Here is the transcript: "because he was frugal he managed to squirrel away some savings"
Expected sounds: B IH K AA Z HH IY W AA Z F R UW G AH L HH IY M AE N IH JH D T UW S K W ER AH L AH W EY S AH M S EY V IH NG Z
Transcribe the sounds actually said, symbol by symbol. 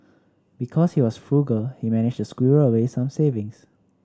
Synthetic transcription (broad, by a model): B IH K AA S HH IY W AA S F R UW G AH L HH IY M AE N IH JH T UW S K W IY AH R AH W EY S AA M S EY V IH NG S